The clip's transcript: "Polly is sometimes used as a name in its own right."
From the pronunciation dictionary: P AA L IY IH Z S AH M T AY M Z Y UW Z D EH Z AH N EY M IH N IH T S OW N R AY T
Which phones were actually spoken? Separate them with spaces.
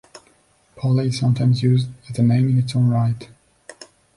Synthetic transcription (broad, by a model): P AA L IY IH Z S AH M T AY M Z Y UW Z D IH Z AH N EY M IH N IH T S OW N R AY T